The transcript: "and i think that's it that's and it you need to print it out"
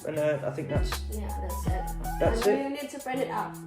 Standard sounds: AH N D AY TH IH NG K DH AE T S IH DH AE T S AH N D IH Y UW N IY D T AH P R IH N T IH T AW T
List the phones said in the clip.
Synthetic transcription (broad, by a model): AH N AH AY TH IH NG K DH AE T S IH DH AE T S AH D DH IH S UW N IY D T AH B R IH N IH T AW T